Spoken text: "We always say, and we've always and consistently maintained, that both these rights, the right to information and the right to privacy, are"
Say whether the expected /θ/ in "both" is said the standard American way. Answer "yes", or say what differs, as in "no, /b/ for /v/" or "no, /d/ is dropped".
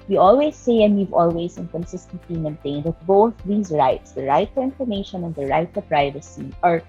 yes